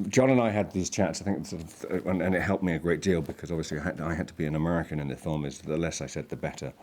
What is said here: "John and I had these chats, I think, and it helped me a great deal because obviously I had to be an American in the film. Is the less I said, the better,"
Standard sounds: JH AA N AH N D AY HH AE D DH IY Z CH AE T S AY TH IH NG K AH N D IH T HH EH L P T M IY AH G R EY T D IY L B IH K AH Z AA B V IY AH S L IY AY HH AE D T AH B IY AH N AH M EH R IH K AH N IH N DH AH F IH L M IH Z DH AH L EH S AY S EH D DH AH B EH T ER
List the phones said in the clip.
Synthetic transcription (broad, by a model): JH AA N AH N AY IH D DH IY Z CH AE T S AY TH IH NG K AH N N IH T HH EH L P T M IY AH G R EY T D IY L B IH K AH Z AA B V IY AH S L IY AY HH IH D T AH B IY AH N AH M EH R IH K AH N IH N DH AH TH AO M IH Z DH AH L EH S AY S EH D DH AH B EH T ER